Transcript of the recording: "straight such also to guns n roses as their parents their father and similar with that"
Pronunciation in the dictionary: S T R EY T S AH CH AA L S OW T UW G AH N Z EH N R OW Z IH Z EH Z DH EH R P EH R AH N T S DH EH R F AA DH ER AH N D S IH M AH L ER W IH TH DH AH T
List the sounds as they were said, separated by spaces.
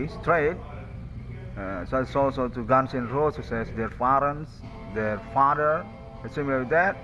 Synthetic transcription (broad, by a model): S T R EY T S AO S AA L S OW T UW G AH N S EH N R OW S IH S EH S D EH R F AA R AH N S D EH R F AA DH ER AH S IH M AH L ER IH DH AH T